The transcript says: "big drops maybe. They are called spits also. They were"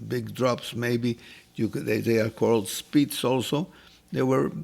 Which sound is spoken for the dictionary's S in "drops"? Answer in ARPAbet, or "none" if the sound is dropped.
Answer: S